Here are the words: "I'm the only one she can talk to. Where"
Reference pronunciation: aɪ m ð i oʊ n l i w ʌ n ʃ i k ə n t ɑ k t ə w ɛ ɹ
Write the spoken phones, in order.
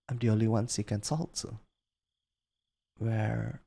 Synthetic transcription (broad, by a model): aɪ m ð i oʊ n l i w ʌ n s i k ə n s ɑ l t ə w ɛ ɹ